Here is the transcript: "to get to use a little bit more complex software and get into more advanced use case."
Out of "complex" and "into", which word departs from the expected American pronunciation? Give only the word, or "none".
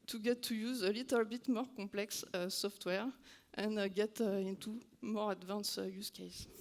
complex